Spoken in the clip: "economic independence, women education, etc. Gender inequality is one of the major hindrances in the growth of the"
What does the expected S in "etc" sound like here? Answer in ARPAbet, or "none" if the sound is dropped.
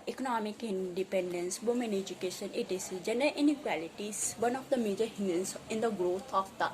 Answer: none